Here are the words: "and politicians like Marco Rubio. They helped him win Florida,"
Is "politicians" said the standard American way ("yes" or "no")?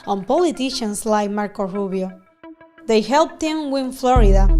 no